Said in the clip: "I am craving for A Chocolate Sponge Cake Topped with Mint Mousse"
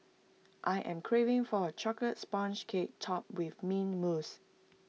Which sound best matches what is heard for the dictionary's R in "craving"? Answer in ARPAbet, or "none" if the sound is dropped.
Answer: R